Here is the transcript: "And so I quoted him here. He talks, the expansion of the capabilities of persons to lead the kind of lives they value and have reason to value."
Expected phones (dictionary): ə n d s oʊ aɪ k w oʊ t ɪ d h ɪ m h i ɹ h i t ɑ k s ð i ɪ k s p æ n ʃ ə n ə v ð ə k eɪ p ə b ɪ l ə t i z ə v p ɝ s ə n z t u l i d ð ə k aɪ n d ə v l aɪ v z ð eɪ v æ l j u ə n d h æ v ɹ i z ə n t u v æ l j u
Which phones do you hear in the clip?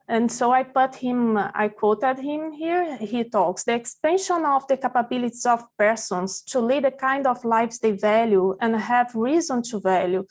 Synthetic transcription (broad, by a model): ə n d s oʊ aɪ k w oʊ t ɪ d h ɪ m h i ɹ h i t ɑ k s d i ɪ k s p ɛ n ʃ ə n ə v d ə k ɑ p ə b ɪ l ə t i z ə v p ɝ s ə n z t u l i d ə k aɪ n d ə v l aɪ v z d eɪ v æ l j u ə n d h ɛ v ɹ i z ə n t u v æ l j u